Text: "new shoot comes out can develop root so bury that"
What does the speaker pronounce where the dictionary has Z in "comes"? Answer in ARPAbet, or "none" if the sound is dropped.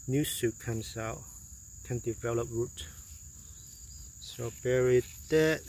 S